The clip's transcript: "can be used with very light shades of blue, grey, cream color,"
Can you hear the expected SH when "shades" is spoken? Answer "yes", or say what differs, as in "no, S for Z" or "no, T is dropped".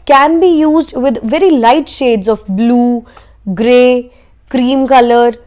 yes